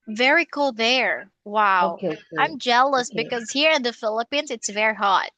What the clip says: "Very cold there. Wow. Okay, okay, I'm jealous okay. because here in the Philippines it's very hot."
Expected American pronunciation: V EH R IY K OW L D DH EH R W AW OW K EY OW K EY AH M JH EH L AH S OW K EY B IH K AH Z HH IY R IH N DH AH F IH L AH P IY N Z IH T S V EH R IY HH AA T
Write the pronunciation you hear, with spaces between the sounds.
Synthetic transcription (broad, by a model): V EH R IY K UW L DH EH R W AW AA AH M JH EH L AH S B IH K AH Z HH IY R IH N DH AH F IH L AH P IY N Z IH T S V EH R IY HH AA T